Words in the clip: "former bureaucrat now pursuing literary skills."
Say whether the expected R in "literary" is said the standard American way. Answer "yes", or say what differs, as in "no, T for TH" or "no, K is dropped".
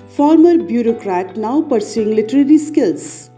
yes